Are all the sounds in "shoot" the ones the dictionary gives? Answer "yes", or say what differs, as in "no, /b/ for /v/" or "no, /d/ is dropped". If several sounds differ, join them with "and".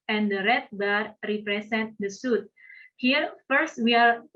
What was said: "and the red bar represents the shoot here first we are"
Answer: no, /s/ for /ʃ/